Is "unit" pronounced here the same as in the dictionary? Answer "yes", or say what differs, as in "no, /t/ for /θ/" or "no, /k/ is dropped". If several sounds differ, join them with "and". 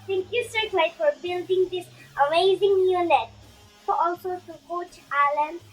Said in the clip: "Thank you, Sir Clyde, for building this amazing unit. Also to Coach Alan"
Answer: no, /l/ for /n/